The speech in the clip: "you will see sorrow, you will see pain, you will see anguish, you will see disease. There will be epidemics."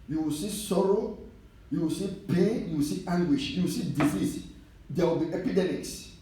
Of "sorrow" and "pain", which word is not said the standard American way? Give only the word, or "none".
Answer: none